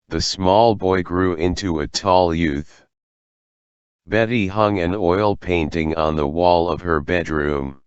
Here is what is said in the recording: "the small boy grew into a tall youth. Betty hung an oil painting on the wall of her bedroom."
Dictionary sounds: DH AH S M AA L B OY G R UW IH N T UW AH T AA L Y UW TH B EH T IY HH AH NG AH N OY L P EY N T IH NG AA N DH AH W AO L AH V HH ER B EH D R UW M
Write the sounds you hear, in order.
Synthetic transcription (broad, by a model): DH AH S M AA L B OY G R UW IH N T UW AH T AA L Y UW TH B EH T IY HH AH NG AH N OY L P EY N T IH NG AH N DH AH W AO L AH V ER B EH D R UW M